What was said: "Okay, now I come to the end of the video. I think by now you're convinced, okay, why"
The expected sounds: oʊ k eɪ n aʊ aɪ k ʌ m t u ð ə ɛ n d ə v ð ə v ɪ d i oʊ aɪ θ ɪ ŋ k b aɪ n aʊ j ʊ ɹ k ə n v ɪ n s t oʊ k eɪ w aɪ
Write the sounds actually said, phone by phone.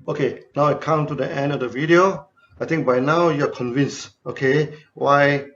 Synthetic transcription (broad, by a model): oʊ k eɪ n aʊ aɪ k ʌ m t u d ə ɛ n d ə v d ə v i d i oʊ aɪ t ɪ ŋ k b aɪ n aʊ j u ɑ k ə n v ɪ n s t oʊ k eɪ w aɪ